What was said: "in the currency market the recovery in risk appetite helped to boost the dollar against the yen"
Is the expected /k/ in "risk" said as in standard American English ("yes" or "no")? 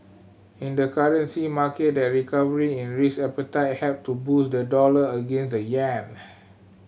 no